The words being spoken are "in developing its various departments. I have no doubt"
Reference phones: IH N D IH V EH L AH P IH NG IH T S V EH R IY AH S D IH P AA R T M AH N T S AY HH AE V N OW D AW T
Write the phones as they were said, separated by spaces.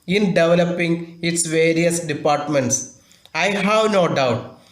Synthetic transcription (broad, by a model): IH N D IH V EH L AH P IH NG IH T S V EH R IY AH S D IH P AA R T M AH N T S AY HH AE V N OW D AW T